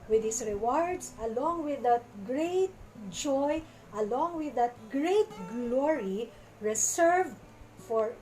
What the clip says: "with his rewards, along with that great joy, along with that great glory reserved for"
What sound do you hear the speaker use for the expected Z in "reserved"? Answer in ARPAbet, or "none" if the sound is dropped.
S